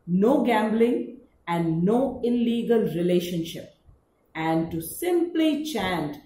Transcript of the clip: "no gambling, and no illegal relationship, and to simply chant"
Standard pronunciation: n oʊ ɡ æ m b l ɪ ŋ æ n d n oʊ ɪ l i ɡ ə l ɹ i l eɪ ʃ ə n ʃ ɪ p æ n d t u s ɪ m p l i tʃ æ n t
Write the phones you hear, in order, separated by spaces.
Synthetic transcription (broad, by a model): n oʊ ɡ æ m b l ɪ ŋ æ n d n oʊ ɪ l i ɡ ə l ɹ i l eɪ ʃ ə n ʃ ɪ p æ n d t u s ɪ m p l i tʃ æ n t